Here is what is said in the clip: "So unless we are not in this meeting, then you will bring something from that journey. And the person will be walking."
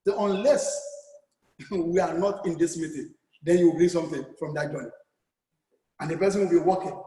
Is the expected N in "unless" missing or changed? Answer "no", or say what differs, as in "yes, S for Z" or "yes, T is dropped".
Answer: no